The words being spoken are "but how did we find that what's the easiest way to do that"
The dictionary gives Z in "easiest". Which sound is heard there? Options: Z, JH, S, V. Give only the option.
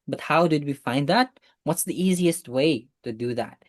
Z